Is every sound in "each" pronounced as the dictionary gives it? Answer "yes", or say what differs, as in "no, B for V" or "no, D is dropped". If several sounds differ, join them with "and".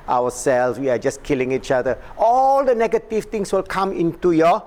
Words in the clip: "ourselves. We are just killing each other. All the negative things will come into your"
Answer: yes